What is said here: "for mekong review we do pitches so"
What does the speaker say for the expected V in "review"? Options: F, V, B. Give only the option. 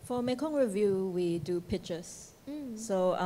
V